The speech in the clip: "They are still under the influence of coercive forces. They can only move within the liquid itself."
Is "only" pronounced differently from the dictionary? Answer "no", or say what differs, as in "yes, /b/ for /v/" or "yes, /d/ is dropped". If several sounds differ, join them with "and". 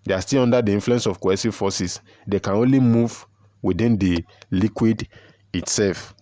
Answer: no